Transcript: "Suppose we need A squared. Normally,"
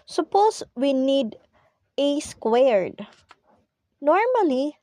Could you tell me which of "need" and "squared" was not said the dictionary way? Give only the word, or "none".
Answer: none